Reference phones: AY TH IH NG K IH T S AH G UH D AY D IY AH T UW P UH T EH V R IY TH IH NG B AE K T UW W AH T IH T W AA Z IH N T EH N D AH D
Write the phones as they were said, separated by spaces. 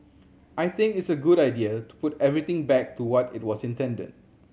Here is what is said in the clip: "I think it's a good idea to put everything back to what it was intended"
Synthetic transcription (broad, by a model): AY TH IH NG K IH T S AH G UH D AY D IY AH T UW P UH T EH V R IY T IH NG B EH K T UW W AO T IH T W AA S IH N T EH N D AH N